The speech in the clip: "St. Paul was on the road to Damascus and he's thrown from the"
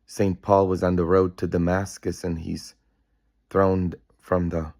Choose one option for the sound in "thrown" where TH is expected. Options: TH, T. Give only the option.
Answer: TH